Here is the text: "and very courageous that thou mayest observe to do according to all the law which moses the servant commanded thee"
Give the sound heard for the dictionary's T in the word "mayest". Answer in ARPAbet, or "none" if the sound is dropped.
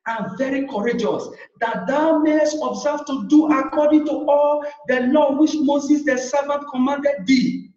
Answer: none